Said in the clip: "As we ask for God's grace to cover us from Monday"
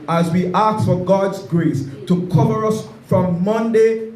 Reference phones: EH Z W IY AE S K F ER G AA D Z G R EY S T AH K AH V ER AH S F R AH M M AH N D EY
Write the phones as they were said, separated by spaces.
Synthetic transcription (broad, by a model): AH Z W IY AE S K F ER G AA D Z G R EY S T AH K AH V ER AH S F R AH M M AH N D EY